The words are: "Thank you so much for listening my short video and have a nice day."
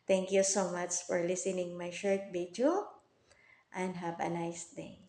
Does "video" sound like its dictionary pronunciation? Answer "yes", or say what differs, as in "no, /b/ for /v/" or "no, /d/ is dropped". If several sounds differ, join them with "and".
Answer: no, /b/ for /v/